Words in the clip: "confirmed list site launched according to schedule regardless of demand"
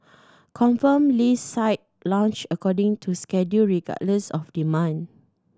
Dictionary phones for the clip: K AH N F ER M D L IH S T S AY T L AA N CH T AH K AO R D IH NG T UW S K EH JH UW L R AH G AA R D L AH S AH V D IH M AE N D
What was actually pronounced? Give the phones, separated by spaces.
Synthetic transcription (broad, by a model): K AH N F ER M L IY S S AY T L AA N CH AH K AO D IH NG T UW S K EH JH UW R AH G AA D L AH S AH F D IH M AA N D